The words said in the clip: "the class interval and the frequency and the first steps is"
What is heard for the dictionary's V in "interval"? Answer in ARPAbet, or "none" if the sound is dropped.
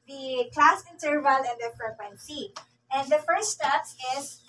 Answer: V